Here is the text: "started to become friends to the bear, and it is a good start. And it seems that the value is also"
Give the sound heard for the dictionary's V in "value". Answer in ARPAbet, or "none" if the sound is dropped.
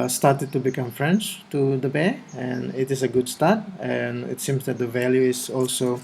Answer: V